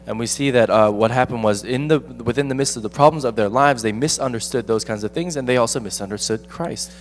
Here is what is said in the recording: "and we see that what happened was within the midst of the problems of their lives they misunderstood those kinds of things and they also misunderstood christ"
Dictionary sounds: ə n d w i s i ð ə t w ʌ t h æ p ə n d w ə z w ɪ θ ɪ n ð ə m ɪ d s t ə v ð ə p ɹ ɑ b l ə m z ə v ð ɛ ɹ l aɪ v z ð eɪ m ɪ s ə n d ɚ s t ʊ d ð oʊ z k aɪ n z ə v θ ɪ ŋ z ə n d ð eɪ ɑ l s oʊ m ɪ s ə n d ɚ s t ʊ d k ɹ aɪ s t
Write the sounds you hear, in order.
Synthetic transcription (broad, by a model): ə n w i s i ð ə t w ʌ t h æ p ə n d w ə z w ɪ θ ɪ n ð ə m ɪ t s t ə v ð ə p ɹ ɑ b l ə m z ə v ð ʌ ɹ l aɪ v z ð eɪ m ɪ s ə n d ɚ s t ʊ d ð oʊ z k aɪ n z ə v θ ɪ ŋ z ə n ð eɪ ɑ l s oʊ m ɪ s ə n d ɚ s t ʊ d k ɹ aɪ s t